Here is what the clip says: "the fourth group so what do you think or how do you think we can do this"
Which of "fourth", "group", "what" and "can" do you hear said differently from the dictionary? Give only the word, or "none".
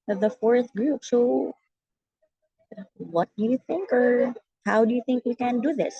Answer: none